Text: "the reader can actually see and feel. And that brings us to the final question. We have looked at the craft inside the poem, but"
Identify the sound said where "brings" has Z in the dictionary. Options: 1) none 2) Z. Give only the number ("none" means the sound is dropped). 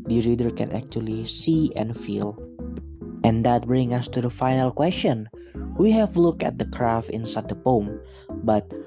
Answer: 1